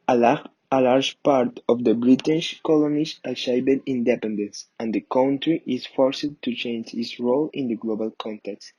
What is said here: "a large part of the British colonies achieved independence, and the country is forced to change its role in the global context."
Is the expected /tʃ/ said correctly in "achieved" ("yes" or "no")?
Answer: no